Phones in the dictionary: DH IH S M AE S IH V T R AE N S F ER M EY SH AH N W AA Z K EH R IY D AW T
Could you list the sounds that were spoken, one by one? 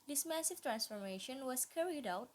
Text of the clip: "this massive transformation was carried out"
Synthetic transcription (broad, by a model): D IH S M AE S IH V T R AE N S F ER M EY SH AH N W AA S K EH R IY D AW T